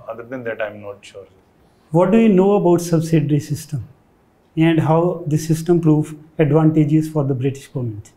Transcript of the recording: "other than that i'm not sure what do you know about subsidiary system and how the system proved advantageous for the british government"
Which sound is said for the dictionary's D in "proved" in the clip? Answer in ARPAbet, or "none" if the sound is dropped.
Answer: none